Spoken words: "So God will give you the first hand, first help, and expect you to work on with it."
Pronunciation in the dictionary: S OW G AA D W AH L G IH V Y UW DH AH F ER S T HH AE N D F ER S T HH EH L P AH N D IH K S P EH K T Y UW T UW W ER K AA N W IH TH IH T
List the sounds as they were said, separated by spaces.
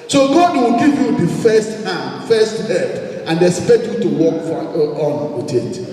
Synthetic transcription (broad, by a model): S OW G AA D W AH L G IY V Y UW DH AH F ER S T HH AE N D F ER S T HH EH P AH N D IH S P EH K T Y UW T UW W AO K AA N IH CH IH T